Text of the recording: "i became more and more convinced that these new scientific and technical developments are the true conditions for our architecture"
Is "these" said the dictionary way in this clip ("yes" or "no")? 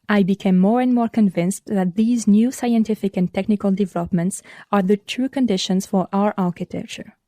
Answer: yes